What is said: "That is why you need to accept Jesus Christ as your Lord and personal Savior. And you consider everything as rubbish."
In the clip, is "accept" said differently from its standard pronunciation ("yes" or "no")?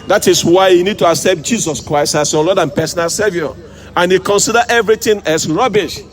no